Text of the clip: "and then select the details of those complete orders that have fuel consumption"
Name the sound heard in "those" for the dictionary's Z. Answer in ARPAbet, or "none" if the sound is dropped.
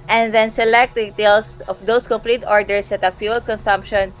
S